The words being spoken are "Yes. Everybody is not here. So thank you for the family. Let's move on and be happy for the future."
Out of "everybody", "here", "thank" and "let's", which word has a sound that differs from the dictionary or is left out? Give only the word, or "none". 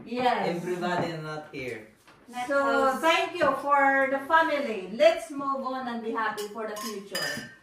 thank